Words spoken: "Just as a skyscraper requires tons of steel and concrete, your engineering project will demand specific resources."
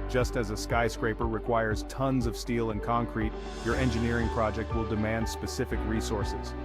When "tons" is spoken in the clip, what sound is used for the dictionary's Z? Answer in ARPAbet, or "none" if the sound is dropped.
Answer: Z